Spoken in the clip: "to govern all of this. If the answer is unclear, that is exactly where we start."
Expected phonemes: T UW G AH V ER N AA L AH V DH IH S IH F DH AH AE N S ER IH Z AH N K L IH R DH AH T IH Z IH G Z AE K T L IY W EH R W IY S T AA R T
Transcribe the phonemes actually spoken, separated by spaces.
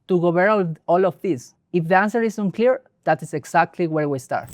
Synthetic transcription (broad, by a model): T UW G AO B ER AA L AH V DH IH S IH F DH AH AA N S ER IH S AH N K L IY R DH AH T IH S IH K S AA K T L IY W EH R W IY S T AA R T